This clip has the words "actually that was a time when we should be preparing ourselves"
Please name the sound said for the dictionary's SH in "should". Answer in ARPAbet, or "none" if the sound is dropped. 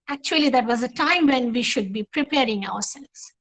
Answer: SH